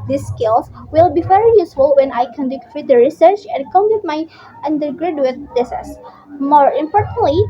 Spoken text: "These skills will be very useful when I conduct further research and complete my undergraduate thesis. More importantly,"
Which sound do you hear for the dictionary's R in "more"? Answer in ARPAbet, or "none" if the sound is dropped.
R